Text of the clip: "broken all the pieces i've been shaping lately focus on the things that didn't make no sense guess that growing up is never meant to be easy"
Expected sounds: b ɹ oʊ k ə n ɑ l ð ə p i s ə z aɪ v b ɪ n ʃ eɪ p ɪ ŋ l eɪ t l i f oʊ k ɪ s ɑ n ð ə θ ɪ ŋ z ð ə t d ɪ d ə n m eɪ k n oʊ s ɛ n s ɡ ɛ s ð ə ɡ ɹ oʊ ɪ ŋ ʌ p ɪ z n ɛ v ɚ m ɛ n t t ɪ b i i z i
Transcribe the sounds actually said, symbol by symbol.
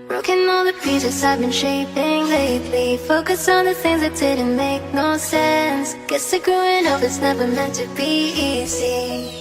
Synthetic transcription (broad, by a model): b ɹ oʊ k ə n ɑ l ð ə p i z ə s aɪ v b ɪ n ʃ eɪ p ɪ ŋ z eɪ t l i f oʊ k ɪ s n ð ə θ ɪ ŋ z ð ə t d ɪ d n m eɪ k n oʊ s ɛ n s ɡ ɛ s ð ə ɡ ɹ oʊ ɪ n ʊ f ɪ s n ɛ v ɚ m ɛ n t t ɪ b i i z i